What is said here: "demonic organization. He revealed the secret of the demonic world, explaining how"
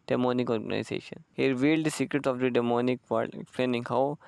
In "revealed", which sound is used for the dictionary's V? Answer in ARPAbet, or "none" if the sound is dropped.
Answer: V